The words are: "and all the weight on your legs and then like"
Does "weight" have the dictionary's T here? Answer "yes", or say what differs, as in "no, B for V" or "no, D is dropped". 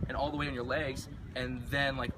no, T is dropped